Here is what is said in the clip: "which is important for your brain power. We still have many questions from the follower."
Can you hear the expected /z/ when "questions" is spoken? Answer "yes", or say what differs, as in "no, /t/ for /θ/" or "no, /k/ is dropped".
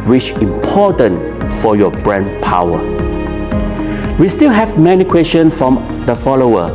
no, /z/ is dropped